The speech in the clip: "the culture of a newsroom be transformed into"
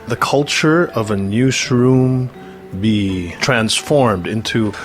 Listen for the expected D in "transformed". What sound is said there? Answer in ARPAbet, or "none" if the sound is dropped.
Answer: D